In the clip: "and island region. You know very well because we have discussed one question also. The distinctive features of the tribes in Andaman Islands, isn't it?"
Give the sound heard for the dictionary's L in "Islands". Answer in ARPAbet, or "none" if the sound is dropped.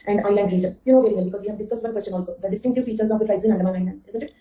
N